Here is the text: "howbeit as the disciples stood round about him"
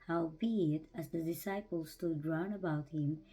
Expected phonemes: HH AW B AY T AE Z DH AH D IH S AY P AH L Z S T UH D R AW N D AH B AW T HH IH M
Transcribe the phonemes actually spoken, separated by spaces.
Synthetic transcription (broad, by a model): HH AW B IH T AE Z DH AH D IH S AY P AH L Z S T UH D R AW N AH B AW T HH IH M